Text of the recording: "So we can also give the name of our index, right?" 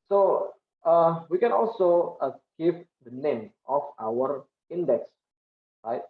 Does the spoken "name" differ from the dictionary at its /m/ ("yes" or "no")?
no